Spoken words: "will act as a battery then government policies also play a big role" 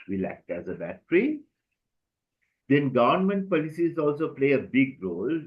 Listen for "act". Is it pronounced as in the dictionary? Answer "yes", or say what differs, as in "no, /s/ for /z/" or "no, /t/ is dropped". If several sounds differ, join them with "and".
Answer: yes